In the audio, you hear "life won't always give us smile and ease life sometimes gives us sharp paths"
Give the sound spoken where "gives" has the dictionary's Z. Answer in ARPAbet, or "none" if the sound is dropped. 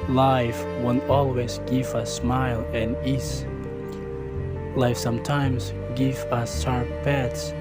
none